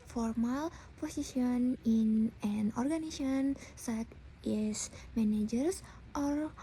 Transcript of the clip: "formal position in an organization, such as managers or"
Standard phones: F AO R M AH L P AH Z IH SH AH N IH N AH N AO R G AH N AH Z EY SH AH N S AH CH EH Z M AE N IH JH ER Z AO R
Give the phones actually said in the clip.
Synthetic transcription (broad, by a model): F AO R M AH L P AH S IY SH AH N IH N AH N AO R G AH N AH S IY AH N S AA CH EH S M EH N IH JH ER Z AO R